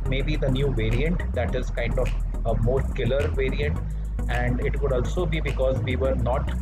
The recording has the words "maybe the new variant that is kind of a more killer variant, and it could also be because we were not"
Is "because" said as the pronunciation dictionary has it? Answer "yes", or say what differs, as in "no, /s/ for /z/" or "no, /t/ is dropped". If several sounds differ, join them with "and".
yes